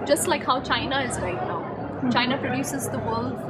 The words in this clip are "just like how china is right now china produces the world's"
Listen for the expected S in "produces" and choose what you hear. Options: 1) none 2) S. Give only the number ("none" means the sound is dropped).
2